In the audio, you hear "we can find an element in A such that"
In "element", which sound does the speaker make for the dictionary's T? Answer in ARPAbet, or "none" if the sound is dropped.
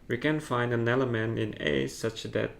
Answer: none